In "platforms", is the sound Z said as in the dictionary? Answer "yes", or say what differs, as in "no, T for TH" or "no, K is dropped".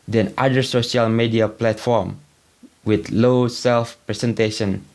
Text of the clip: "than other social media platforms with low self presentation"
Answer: no, Z is dropped